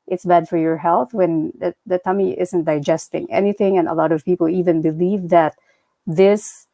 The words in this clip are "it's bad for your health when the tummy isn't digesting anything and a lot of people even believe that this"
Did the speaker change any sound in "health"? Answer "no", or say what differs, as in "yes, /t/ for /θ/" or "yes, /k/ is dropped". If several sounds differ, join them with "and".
no